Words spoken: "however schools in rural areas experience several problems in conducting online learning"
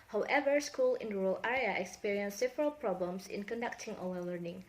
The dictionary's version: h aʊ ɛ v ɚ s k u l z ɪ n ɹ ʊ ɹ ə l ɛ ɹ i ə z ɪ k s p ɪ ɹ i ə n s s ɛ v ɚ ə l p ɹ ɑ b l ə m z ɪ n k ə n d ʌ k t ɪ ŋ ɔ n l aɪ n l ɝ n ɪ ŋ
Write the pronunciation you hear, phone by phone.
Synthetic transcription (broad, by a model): h aʊ ɛ v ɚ s k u l ɪ n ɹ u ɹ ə l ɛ ɹ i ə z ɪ k s p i ɹ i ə n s s ɛ v ɚ ə l p ɹ ɑ b l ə m s ɪ n k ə n d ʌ k t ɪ ŋ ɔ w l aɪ l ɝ n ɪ ŋ